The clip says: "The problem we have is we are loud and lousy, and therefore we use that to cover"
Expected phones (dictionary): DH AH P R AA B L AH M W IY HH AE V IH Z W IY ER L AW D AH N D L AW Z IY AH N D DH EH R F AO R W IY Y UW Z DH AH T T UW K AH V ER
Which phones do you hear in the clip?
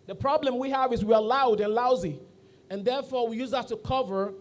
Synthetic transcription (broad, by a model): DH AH P R AA B L AH M W IY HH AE V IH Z W IY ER L AW D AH N L AW Z IY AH N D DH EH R F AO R W IY Y UW Z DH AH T T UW K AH V ER